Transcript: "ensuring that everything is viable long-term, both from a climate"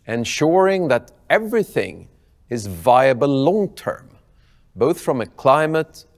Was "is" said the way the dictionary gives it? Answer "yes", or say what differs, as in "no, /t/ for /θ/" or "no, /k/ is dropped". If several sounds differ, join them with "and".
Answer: yes